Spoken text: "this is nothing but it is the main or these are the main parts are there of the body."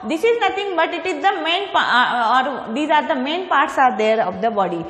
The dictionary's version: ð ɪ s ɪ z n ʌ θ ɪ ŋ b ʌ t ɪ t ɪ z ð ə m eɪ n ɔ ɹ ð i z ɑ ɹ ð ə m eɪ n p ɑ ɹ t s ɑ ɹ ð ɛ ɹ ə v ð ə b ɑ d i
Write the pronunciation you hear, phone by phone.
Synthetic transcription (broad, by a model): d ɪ s ɪ z n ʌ t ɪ ŋ b ʌ t ɪ t ɪ z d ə m eɪ n ɔ ɹ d i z ɑ ɹ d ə m eɪ n p ɑ ɹ t s ɑ ɹ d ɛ ɹ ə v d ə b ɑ d i